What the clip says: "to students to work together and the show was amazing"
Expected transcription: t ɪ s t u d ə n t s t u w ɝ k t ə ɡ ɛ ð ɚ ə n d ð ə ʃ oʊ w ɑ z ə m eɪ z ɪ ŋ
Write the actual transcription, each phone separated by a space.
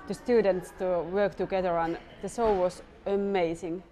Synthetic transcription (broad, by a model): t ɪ s t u d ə n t s t u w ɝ k t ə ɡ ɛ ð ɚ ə n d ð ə s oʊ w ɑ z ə m eɪ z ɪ ŋ